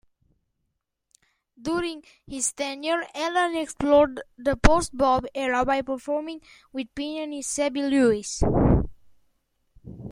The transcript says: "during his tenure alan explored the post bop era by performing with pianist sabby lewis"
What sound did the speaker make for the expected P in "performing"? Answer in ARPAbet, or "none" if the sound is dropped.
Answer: P